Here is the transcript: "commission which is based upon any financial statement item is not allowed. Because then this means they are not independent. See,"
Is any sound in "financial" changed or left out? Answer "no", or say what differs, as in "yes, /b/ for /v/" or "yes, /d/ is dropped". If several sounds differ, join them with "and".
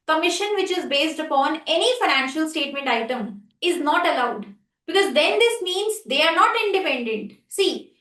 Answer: no